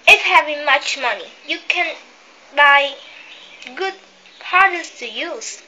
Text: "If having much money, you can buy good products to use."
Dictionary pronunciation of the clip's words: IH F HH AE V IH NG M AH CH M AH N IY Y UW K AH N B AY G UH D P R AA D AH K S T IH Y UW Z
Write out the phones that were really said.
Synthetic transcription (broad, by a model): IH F HH AE V IH NG M AH CH M AH N IY Y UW K AH N B AY G UH D P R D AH S T IH Y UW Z